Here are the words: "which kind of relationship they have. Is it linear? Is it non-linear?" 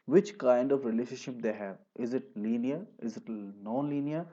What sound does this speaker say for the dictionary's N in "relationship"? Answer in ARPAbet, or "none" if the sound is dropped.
none